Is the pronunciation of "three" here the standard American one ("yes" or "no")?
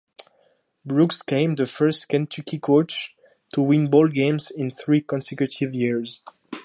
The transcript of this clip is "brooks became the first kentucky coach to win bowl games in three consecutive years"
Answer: yes